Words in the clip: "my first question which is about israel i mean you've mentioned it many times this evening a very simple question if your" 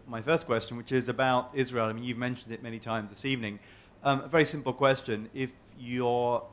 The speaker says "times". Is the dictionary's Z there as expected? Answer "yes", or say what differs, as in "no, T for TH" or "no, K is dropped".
yes